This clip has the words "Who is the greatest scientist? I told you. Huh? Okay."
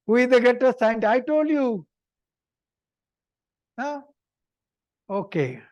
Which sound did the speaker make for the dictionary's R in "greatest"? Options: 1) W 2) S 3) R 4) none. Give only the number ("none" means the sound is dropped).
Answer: 4